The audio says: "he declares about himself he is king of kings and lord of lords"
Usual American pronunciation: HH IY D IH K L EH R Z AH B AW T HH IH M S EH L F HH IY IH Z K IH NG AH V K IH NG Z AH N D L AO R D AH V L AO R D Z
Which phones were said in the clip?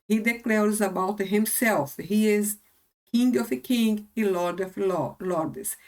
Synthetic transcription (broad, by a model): HH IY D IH K L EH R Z AH B AW T HH IH M S EH L F HH IY IH Z K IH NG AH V K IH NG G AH L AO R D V L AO R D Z